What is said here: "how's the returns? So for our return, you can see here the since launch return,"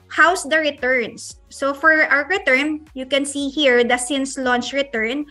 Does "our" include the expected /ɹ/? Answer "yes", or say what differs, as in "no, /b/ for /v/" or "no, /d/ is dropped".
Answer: no, /w/ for /ɹ/